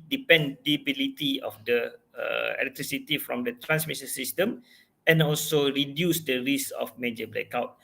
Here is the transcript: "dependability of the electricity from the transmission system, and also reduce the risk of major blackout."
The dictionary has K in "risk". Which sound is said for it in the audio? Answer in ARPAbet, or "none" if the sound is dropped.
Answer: none